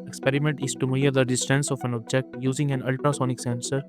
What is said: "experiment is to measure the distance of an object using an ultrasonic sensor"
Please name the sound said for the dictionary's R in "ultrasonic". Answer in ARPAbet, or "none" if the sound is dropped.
R